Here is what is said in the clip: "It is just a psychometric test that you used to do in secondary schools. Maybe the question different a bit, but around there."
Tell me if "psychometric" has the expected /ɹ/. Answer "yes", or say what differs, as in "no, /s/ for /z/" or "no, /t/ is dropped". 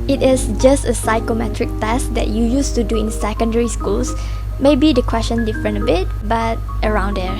yes